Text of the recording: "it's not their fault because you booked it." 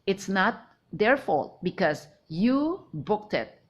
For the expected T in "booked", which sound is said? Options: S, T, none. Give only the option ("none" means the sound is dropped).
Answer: T